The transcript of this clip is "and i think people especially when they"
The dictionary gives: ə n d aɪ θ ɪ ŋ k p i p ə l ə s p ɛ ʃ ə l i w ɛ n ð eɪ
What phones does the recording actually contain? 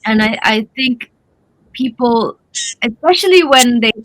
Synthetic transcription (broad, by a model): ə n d aɪ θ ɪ ŋ k p i p ə l ə s p ɛ ʃ ə l i w ɛ n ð eɪ